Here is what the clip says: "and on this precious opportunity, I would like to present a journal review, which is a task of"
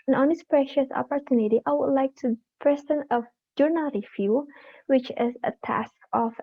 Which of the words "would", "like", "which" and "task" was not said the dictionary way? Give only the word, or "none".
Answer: none